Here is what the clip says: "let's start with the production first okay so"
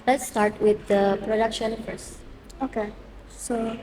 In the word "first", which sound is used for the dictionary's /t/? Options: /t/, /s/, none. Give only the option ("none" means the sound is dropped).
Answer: none